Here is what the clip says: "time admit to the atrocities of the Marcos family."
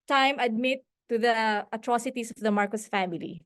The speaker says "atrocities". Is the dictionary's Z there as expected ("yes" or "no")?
no